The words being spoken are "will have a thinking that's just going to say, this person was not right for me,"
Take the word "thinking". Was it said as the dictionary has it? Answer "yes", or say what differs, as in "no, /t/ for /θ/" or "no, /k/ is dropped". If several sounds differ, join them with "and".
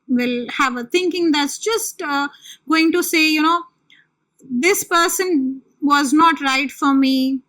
no, /t/ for /θ/